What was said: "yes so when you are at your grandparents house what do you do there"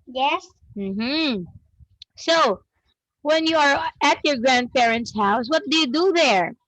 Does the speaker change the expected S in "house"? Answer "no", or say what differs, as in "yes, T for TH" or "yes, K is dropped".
no